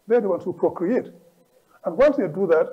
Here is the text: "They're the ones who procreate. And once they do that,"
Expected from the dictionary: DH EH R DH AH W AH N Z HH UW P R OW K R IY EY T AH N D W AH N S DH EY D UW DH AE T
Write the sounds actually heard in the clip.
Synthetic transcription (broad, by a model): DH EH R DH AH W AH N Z HH UW P R OW K R IY EY T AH N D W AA L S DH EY D UW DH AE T